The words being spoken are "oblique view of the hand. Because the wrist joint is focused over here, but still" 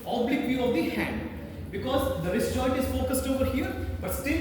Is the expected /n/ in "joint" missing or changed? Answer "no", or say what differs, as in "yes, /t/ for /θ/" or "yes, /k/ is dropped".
yes, /n/ is dropped